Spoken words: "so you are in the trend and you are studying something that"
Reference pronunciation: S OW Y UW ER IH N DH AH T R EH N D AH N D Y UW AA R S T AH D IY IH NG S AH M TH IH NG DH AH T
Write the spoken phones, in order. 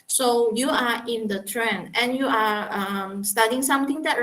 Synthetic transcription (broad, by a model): S OW Y UW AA IH N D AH T R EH N AH N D Y UW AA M S T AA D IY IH NG S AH M T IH NG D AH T